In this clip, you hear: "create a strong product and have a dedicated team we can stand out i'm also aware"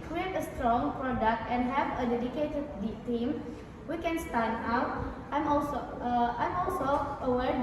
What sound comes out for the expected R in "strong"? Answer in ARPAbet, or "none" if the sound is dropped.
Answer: R